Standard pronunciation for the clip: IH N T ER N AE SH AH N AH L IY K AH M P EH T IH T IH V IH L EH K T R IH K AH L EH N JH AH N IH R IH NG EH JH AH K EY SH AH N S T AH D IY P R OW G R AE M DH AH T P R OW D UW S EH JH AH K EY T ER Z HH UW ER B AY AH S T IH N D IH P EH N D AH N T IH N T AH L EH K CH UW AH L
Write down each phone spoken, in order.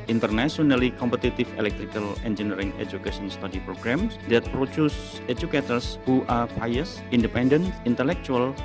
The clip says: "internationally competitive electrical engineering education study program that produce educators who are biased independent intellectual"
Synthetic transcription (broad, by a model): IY N T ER N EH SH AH N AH L IY K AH M P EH T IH T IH F IH L EH K T R IH K AH L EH N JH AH N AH R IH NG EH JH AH K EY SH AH N S T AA D IY P R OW G R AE M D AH T P R OW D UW S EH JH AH K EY T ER S HH UW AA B AY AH S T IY N D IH P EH N D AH N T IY N T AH L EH K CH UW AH L